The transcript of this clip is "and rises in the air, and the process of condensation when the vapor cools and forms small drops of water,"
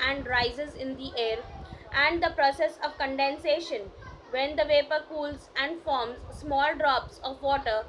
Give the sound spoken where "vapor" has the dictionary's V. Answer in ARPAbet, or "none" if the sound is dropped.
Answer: V